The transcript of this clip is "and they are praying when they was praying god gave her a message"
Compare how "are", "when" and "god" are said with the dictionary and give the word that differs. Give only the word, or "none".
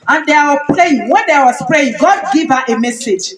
are